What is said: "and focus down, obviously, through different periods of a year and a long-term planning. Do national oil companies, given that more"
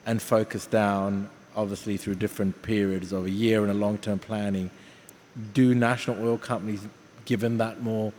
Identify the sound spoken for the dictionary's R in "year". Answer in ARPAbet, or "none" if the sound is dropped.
R